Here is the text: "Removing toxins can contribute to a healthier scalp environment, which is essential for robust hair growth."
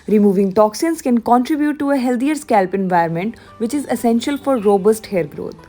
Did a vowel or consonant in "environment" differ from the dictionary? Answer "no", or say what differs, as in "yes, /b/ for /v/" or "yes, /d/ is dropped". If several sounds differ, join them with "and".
yes, /ɹ/ is dropped